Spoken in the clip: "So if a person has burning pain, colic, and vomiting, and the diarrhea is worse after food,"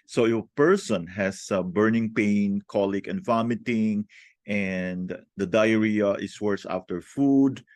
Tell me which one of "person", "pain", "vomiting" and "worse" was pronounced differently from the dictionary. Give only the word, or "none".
none